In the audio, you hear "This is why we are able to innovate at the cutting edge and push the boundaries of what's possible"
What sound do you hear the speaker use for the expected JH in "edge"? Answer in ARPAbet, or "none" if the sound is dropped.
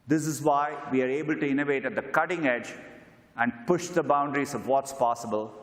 JH